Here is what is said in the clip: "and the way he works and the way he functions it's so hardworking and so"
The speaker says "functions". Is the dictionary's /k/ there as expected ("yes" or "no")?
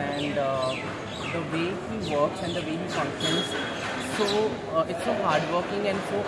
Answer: no